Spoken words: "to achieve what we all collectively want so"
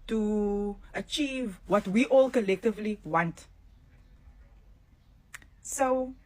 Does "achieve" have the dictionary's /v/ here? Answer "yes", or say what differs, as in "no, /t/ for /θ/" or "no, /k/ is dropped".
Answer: yes